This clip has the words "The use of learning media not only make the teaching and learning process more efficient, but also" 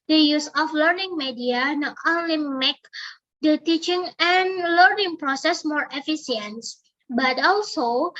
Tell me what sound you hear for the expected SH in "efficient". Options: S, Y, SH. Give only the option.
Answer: S